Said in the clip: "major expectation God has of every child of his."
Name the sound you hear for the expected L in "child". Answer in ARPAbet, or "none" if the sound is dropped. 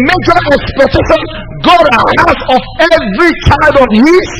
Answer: none